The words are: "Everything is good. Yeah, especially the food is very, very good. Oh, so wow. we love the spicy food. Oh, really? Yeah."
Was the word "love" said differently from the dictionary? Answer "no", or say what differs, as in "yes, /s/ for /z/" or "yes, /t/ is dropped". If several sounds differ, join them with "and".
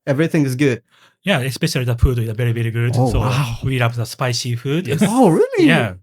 yes, /p/ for /v/